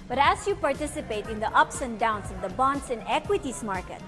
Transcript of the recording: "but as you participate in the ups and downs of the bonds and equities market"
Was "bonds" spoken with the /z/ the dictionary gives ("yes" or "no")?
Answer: no